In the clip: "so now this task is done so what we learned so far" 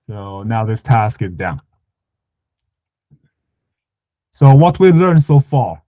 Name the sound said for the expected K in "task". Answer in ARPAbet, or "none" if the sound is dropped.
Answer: K